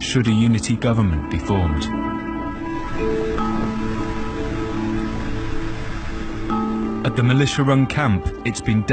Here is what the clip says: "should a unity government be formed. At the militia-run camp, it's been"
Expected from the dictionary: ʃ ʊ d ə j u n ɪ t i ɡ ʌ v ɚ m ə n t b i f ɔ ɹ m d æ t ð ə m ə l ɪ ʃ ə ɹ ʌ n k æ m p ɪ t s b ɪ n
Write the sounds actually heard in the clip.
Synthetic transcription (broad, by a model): ʃ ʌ d ə j u n ɪ t i ɡ ʌ v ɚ m ə n b i f ɔ m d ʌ t ð ə m ə l ɪ ʃ ə ɹ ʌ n k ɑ m p ɪ t s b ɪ n